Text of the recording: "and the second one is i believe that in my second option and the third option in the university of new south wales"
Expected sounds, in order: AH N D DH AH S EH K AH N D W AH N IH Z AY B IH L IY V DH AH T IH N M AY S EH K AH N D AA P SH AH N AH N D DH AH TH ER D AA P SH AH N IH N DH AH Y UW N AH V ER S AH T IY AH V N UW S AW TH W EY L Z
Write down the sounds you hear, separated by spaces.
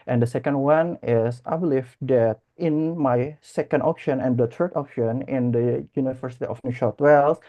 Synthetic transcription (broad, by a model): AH N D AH S EH K AH N D W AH N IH S AY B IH L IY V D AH T IH N M AY S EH K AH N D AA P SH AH N AH N D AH T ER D AA P SH AH N IH N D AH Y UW N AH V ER S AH T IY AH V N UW SH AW T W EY L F